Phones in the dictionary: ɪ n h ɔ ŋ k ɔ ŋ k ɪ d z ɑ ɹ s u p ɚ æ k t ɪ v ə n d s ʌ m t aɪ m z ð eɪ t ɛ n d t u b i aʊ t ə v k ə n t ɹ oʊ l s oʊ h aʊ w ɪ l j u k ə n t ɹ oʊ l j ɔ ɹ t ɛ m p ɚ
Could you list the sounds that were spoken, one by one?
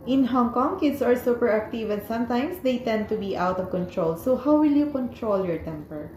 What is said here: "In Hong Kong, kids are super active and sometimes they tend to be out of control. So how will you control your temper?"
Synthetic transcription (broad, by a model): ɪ n h ɔ ŋ k ɔ ŋ k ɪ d s ɑ ɹ s u p ɚ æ k t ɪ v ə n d s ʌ m t aɪ m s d eɪ t ɛ n d t u b i aʊ t ə v k ə n t ɹ oʊ l s oʊ h aʊ w ɪ l j u k ə n t ɹ oʊ l j ɔ ɹ t ɛ m p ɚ